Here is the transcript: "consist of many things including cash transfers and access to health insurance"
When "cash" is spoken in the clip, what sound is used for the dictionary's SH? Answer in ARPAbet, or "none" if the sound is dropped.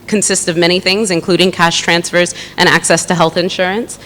SH